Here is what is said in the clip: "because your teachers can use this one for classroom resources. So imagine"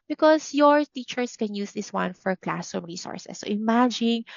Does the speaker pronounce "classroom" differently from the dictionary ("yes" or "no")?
yes